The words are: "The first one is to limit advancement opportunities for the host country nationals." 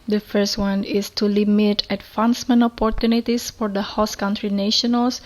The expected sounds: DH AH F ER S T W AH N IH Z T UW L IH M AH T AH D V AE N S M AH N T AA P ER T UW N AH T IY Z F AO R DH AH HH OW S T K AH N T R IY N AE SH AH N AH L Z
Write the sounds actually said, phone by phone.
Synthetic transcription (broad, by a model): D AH F ER S T W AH N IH S T UW L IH M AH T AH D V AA N S M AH N AA P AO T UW N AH T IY S F AO R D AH HH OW S K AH N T R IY N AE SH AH N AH L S